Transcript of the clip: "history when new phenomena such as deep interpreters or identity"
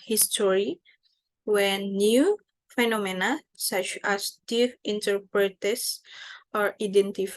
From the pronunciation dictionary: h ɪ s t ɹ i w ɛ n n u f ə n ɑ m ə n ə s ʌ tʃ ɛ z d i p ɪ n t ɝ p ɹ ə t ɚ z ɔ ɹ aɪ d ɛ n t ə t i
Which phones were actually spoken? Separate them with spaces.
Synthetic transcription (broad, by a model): h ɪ s t ɹ i w ɛ n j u f ə n ɑ m ə n ə s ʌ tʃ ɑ s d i f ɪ n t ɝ p ɹ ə t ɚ s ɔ ɹ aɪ d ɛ n t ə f